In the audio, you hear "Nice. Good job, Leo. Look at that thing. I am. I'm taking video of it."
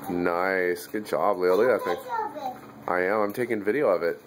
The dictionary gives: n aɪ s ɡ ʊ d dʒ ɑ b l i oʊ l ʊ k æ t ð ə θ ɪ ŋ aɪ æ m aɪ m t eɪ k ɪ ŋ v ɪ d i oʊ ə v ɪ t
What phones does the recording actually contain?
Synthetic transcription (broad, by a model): n aɪ s ɡ ʊ d dʒ ɑ b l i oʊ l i æ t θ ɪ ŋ aɪ æ m aɪ m t eɪ k ɪ ŋ v ɪ d i oʊ ə v ɪ t